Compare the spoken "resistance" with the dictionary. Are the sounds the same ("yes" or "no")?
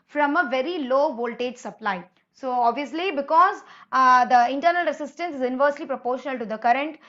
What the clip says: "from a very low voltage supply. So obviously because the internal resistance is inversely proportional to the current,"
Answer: no